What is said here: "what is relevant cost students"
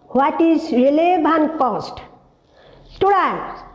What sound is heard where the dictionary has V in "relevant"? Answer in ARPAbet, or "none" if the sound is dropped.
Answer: B